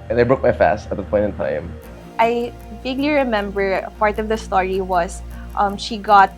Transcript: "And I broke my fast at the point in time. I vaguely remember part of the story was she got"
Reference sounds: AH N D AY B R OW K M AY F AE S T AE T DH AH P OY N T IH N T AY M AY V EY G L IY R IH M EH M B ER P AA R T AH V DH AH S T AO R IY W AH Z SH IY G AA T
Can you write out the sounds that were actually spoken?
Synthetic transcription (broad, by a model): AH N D AY B R OW K M AY F AE S T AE T DH AH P OY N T IH N T AY M AY B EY G L IY R IH M EH M B ER P AA R T AH V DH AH S T AO R IY W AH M SH IY G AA T